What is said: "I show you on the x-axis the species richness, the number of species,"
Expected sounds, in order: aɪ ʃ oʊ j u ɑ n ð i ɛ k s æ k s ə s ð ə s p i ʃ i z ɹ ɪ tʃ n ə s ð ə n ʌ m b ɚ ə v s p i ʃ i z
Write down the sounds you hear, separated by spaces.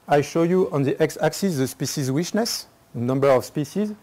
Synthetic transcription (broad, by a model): aɪ ʃ oʊ j u ɑ n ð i ɛ k s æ k s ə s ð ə s p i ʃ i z w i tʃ n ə s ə n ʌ m b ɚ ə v s p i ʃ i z